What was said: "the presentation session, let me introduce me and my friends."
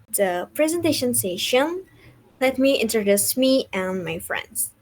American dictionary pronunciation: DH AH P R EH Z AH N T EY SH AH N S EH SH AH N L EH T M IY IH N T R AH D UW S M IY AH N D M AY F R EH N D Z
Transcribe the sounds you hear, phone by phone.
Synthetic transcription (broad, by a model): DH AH P R EH Z AH N T EY SH AH N S EH SH AH N L EH T M IY IH N T R AH D UW S M IY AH N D M AY F R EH N D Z